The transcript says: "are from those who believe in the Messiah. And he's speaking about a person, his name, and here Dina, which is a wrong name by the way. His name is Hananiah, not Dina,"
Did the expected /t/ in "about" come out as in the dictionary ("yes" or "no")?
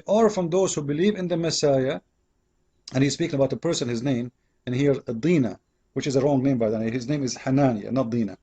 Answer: yes